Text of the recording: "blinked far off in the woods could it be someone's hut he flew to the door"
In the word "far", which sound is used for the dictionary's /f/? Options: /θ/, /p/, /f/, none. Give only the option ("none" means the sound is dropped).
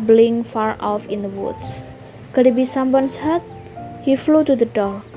/f/